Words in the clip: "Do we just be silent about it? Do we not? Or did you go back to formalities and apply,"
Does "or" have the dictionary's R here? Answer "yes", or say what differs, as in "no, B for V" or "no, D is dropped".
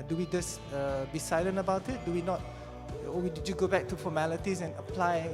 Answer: no, W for R